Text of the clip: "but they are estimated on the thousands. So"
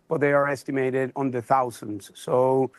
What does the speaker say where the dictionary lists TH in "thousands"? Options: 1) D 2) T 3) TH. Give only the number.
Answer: 3